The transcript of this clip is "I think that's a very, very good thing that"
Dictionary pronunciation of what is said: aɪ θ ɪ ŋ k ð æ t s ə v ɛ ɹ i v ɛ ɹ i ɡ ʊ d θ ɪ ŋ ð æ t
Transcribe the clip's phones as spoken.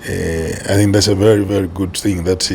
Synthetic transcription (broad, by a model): aɪ θ ɪ ŋ k ð æ t s ə v ɛ ɹ i v ɛ ɹ i ɡ ʊ d θ ɪ ŋ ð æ t